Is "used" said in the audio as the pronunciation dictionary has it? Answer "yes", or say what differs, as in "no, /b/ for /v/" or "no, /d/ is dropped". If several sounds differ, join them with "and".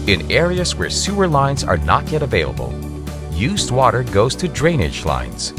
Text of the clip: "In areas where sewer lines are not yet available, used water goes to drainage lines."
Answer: yes